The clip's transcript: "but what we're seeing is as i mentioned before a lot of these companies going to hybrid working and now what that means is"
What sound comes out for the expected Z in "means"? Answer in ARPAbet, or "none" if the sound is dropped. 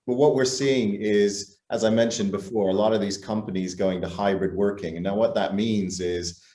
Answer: Z